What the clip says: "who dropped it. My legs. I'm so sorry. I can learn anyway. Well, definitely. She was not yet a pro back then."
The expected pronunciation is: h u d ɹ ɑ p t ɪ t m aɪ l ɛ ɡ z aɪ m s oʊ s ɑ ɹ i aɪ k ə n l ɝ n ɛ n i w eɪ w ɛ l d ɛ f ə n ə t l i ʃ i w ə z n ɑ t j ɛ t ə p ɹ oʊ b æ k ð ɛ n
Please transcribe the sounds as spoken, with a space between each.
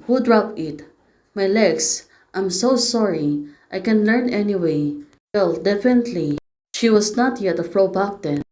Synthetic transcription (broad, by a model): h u d ɹ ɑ p ɪ t m aɪ l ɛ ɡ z aɪ m s oʊ s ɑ ɹ i aɪ k ə n l ɝ n ɛ n i w eɪ w ɛ l d ɛ f ə n ə t l i ʃ i w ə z n ɑ t j ɛ t ə f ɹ oʊ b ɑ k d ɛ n